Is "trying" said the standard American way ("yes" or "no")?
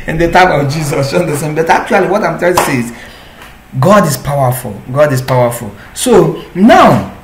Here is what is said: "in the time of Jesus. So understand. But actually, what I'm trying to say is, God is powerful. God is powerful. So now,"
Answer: no